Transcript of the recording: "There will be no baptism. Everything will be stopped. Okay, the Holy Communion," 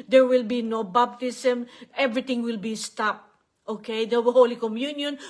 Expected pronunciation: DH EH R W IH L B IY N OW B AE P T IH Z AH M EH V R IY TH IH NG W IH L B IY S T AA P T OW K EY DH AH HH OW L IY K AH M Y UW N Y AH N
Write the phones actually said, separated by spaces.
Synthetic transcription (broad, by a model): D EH R W IH L B IY N OW B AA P T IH S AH M EH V R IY T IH NG W IH L B IY S T AA P T OW K EY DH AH HH OW L IY K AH M Y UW N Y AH N